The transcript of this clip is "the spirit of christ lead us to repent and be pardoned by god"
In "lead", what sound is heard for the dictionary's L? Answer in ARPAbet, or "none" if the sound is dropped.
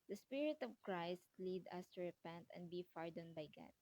L